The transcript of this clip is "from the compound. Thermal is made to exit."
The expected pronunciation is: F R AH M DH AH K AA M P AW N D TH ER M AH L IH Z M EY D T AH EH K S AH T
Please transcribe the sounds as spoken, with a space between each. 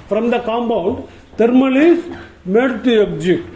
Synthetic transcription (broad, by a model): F R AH M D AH K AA M B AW N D T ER M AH L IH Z M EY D T AH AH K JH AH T